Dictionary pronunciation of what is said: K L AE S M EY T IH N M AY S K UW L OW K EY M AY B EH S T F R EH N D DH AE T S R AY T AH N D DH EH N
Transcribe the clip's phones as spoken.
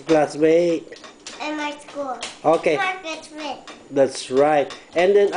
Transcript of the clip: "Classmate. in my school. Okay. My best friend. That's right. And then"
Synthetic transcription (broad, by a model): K L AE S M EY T IH N M AY S K UW L OW K EY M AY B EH T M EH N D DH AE T S R AY T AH N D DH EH N